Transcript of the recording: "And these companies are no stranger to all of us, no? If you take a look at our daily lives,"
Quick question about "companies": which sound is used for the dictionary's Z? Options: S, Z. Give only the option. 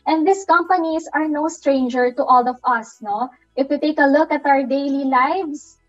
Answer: S